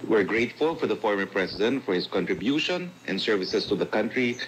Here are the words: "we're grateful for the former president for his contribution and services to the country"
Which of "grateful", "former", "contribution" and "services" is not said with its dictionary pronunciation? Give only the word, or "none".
services